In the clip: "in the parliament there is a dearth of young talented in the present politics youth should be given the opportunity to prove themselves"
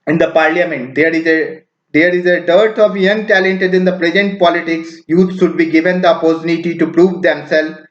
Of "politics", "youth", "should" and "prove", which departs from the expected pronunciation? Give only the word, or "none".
youth